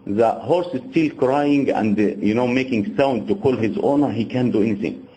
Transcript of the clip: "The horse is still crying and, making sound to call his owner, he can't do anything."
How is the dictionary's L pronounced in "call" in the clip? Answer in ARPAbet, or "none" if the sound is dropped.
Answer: L